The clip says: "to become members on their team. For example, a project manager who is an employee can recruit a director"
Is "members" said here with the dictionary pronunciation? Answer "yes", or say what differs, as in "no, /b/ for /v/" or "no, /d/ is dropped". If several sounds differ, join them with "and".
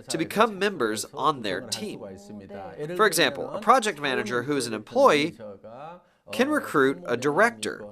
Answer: yes